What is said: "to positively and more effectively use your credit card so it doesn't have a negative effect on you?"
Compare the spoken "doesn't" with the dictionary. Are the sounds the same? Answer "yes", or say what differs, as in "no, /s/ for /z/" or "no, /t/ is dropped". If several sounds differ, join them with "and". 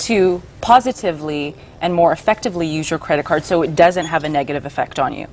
yes